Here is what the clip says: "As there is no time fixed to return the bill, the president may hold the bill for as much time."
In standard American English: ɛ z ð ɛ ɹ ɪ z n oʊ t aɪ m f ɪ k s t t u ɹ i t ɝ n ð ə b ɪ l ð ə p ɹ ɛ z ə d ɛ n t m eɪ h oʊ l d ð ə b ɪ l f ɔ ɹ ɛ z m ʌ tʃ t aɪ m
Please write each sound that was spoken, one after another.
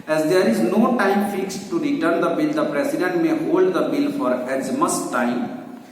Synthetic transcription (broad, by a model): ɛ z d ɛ ɹ ɪ z n oʊ t aɪ m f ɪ k s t t u ɹ i t ɝ n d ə b ɪ l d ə p ɹ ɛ s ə d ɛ n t m eɪ h oʊ l d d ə b ɪ l f ɔ ɹ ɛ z m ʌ s t aɪ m